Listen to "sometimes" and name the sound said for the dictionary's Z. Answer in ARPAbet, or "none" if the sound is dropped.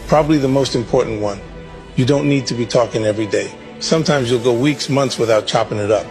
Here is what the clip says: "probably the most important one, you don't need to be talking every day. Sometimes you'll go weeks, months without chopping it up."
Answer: Z